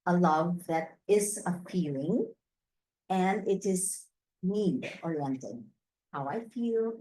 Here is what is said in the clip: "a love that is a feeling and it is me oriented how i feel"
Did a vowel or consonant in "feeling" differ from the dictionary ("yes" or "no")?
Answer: yes